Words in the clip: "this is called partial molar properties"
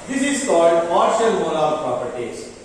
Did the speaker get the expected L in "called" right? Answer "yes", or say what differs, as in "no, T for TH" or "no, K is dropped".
yes